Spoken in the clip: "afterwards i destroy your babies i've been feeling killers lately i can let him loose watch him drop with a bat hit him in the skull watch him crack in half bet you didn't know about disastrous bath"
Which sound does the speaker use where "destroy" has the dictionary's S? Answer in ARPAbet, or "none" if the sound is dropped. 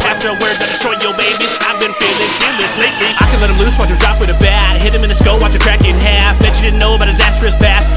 none